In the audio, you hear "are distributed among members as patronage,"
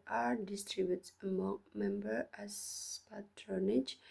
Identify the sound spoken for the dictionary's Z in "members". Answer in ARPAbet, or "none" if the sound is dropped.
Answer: none